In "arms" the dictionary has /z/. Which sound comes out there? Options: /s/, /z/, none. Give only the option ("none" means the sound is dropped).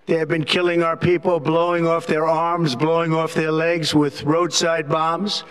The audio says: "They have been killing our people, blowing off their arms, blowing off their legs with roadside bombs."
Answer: /z/